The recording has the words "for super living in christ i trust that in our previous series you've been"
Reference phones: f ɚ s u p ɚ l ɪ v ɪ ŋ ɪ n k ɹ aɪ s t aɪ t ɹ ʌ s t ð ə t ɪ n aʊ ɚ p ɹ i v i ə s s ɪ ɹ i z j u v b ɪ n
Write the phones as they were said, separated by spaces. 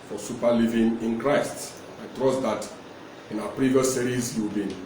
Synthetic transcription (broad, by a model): f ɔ s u p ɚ l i v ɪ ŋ ɪ n k ɹ aɪ s t aɪ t ɹ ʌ s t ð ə t ɪ n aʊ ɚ p ɹ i v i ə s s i ɹ i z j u w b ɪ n